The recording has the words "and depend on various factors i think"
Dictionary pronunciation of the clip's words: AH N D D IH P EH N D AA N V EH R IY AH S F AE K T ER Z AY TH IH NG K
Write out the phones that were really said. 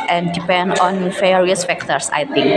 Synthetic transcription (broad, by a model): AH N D D IH P EH N D AA N F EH R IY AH S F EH K T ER S AY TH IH NG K